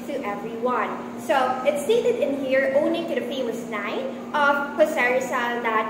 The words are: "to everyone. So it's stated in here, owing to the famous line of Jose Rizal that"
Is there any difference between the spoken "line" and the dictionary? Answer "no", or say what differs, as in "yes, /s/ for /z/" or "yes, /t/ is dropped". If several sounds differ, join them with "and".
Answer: yes, /n/ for /l/